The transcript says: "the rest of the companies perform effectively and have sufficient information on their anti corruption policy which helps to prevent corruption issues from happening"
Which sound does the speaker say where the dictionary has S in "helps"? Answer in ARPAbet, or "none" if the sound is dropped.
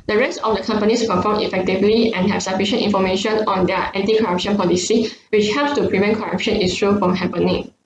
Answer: S